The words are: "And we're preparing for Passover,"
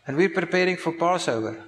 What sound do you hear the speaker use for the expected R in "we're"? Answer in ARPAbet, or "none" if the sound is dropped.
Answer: R